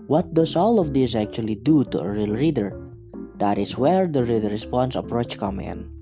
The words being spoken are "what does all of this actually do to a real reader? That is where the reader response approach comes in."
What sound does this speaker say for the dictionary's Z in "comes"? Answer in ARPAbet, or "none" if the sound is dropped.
none